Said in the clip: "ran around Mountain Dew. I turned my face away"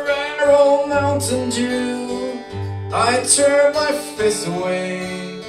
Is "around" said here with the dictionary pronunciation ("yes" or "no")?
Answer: no